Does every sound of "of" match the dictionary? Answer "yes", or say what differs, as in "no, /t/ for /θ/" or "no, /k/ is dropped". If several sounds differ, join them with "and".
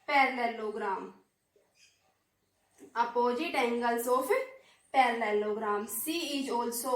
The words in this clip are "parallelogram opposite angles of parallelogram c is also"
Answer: no, /p/ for /v/